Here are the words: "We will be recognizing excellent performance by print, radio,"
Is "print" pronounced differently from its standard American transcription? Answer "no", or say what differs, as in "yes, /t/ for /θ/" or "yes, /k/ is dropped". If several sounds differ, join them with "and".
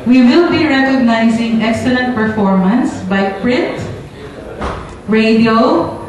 yes, /n/ is dropped